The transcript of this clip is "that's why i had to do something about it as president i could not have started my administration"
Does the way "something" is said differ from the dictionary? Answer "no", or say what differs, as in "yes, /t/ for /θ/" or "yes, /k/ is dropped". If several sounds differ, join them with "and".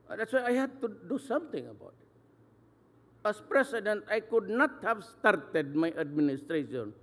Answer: yes, /t/ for /θ/